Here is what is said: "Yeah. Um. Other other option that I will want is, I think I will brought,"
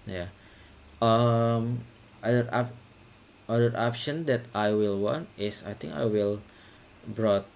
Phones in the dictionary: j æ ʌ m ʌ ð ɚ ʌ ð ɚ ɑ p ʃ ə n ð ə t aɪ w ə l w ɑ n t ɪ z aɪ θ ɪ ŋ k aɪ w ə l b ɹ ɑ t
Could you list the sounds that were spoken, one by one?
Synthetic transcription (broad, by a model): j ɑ ʌ m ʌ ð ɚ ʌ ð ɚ ɑ p ʃ ə n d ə t aɪ w ə l w ɑ n t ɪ s aɪ t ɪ ŋ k aɪ w ə l b ɹ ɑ t